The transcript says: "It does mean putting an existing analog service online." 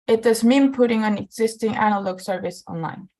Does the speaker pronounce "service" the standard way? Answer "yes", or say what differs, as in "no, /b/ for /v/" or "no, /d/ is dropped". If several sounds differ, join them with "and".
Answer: yes